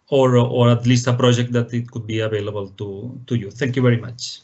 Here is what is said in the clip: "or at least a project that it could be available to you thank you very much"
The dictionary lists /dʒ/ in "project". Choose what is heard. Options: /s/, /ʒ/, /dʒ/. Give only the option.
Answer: /dʒ/